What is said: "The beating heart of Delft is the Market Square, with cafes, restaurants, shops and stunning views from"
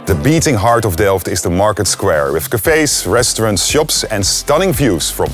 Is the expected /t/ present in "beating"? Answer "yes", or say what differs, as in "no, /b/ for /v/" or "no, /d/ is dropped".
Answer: yes